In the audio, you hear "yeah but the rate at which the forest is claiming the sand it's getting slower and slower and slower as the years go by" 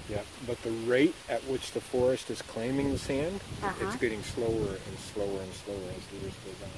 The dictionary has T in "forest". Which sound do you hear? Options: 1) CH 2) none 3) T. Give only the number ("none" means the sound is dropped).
3